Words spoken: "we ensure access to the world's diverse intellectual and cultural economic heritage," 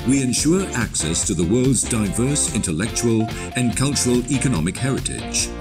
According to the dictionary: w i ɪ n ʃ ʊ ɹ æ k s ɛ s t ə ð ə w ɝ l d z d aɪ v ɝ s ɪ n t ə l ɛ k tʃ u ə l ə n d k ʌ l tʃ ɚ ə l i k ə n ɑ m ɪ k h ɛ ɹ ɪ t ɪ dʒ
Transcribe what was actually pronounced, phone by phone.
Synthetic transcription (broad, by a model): w i ɪ n ʃ ʊ ɹ æ k s ɛ s t ə ð ə w ɝ l d z d aɪ v ɝ s ɪ n t ə l ɛ k tʃ u ə l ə n k ʌ l tʃ ɚ ə l i k ə n ɑ m ɪ k h ɛ ɹ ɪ t ɪ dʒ